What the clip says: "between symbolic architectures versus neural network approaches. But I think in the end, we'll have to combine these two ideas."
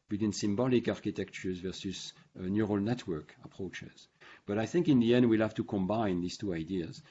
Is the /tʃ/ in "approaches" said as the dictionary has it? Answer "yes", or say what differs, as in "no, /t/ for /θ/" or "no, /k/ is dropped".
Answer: yes